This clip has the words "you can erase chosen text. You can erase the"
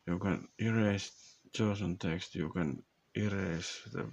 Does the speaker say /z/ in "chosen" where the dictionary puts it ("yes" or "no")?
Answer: no